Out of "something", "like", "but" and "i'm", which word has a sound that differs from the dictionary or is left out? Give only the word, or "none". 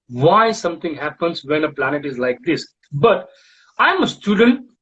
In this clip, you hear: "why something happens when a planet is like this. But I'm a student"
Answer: something